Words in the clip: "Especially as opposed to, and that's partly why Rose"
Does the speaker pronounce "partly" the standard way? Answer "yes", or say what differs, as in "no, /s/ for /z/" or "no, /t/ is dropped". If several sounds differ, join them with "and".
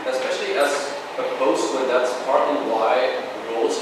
no, /l/ is dropped